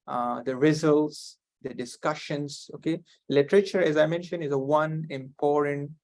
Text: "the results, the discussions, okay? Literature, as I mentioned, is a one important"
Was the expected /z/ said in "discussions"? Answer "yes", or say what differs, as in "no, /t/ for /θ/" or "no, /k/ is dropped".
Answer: no, /s/ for /z/